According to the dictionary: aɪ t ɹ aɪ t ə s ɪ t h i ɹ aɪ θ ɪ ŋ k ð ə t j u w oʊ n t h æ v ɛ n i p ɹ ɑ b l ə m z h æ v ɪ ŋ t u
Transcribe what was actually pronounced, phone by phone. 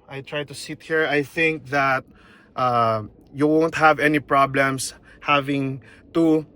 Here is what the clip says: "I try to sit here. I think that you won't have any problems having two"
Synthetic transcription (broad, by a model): aɪ t ɹ aɪ t ə s ɪ t h i ɹ aɪ θ ɪ ŋ k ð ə t j u w oʊ n t h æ v ɛ n i p ɹ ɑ b l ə m s h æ v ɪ ŋ t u